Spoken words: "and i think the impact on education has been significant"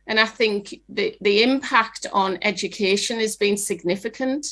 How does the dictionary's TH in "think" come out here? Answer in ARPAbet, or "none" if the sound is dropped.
TH